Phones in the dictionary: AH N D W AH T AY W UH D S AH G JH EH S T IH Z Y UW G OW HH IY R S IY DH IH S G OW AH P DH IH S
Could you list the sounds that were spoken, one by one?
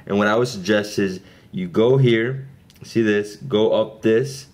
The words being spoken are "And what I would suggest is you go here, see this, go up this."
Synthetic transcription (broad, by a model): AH N W AH T AY W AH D S AH G JH EH S T IH Z Y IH G OW HH IY R S IY DH IH S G OW AH P DH IH S